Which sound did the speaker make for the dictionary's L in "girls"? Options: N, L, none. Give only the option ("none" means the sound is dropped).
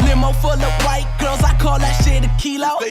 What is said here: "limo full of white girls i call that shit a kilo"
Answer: none